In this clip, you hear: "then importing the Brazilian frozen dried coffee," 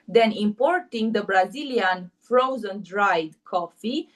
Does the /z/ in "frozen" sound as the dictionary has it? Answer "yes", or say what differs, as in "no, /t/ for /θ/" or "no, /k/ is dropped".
yes